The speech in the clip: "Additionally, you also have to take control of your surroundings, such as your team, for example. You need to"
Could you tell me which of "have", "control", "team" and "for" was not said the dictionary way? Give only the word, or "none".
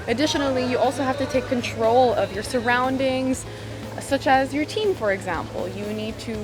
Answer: have